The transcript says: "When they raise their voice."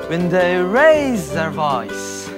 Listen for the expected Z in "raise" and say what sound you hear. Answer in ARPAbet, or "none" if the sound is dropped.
Z